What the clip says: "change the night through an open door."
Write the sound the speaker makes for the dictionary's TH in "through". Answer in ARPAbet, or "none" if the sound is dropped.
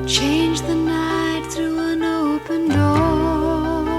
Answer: TH